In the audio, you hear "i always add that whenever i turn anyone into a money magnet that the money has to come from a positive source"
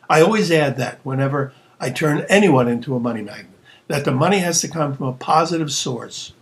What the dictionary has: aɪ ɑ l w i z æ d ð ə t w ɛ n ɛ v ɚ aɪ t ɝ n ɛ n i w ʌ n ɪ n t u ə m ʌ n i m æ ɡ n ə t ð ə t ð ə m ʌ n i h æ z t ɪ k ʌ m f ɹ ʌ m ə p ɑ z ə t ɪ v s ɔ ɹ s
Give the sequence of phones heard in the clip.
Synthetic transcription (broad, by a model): aɪ ɑ l w i z æ d ð ə t w ɛ n ɛ v ɚ aɪ t ɝ n ɛ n i w ʌ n ɪ n t u ə m ʌ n i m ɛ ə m ð ə t ð ə m ʌ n i h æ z t ɪ k ʌ m f ɹ ʌ m ə p ɑ z ə t ɪ v s ɔ ɹ s